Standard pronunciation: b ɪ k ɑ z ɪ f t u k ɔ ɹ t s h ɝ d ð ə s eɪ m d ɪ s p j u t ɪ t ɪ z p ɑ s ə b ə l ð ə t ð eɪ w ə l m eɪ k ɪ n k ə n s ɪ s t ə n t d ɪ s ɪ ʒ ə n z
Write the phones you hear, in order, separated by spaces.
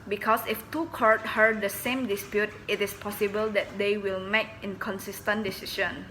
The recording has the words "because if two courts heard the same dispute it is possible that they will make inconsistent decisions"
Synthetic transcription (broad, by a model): b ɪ k ɑ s ɪ f t u k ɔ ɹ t h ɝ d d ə s eɪ m d ɪ s p j u t ɪ t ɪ s p ɑ s ə b ə l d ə t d eɪ w ə l m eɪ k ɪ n k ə n s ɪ s t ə n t d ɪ s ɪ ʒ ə n